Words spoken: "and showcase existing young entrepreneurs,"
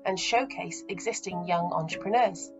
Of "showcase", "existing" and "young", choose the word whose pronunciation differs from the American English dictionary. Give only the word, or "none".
none